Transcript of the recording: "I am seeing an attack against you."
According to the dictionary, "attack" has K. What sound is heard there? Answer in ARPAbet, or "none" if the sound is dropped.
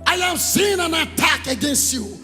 K